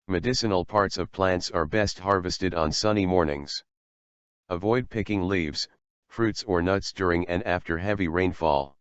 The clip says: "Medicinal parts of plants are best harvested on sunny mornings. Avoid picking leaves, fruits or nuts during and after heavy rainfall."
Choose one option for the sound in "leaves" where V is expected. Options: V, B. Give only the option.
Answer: V